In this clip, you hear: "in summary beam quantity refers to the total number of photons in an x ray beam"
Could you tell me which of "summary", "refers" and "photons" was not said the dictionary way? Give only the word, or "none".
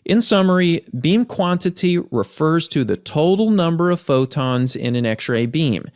none